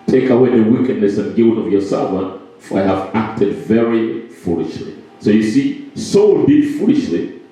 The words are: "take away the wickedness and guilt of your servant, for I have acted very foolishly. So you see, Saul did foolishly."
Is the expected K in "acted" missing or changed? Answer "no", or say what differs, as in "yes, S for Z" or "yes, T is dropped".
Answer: no